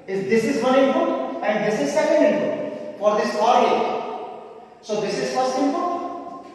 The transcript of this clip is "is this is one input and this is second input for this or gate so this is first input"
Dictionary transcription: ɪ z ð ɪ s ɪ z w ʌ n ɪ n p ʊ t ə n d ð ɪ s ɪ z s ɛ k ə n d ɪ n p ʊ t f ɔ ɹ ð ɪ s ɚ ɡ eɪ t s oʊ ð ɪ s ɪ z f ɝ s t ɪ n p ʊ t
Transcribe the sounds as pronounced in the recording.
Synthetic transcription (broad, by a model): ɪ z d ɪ s ɪ z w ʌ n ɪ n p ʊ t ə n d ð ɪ s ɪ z s ɛ k ə n d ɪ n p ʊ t f ɔ ɹ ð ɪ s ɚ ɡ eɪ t s oʊ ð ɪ s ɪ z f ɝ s ɪ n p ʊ